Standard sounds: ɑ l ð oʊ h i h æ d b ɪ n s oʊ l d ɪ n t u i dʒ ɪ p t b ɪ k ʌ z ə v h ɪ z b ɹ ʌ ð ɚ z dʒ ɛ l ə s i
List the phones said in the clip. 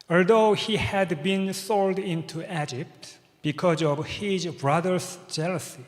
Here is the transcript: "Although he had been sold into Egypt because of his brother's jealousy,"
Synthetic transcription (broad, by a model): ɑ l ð oʊ h i h æ d b ɪ n s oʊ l d ɪ n t u i dʒ ɪ p t b ɪ k ʌ z ə v h ɪ z b ɹ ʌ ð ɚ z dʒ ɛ l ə s i